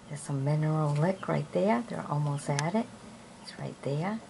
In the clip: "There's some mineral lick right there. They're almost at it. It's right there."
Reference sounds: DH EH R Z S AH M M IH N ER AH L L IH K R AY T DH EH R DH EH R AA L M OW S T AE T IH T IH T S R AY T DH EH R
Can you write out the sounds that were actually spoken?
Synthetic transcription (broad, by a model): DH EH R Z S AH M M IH N ER L L IH K R AY T DH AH R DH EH R AA L M OW S T AE T IH T IH T S R AY T DH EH R